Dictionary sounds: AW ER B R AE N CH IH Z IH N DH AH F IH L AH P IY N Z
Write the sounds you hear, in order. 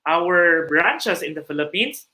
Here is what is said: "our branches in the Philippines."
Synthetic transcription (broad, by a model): AW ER B R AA N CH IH S IH N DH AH F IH L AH P IY N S